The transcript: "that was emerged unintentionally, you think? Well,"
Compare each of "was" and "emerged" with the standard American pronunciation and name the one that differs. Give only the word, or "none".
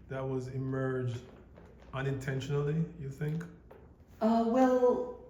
none